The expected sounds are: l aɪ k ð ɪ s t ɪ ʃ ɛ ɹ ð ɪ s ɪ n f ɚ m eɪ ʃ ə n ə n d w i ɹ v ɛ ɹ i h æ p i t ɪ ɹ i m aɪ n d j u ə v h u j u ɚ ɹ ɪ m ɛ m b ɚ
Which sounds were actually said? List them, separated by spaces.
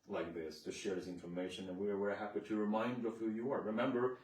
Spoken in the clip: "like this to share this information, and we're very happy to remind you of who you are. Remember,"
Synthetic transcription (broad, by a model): l aɪ k ð ɪ s t ɪ ʃ ɛ ɹ ð ɪ s ɪ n f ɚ m eɪ ʃ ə n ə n w i ɹ w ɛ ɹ h æ p i t ɪ ɹ i m aɪ n d ə v h u j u ɚ ɹ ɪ m ɛ m b ɚ